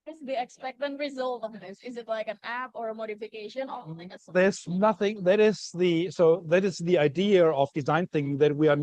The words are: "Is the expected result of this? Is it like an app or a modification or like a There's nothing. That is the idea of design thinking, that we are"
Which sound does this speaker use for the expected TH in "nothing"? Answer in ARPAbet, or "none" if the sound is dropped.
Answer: S